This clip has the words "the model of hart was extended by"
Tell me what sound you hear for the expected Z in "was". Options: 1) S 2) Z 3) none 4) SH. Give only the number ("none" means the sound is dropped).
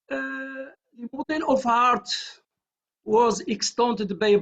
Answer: 2